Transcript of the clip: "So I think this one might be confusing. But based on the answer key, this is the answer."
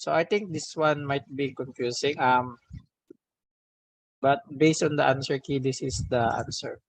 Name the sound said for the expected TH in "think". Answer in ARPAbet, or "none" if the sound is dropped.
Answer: T